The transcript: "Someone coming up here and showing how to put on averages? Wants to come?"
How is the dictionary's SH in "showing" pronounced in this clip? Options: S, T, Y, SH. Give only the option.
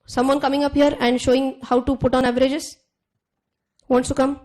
SH